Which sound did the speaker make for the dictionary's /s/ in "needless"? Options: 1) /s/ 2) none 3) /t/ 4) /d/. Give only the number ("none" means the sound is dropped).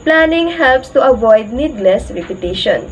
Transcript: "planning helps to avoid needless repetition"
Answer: 1